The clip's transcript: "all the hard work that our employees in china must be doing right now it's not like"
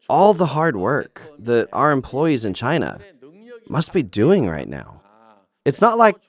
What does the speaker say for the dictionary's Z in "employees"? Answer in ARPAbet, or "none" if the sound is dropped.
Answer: Z